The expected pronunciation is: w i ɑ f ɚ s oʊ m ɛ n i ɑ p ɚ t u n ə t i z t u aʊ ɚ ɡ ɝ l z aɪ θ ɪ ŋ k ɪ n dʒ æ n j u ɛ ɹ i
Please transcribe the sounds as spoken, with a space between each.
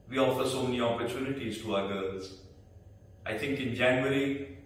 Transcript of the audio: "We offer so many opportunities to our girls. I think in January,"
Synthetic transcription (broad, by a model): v i ɑ f ɚ s oʊ m ɛ n i ɑ p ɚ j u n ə t i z t u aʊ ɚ ɡ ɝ l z aɪ t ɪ ŋ k ɪ n dʒ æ n j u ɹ i